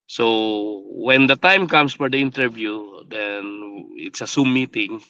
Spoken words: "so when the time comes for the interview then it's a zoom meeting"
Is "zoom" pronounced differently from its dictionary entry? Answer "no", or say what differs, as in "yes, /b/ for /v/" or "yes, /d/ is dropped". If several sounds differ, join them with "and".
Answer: yes, /s/ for /z/